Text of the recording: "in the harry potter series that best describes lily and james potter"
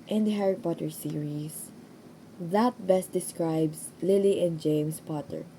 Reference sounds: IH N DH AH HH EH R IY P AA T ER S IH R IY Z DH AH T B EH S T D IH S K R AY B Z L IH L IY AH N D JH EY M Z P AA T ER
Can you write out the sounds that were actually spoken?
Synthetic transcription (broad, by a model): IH N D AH HH EH R IY P AA T ER S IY R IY S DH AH T B EH S T D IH S K R AY B S L IH L IY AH N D JH EY M S P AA T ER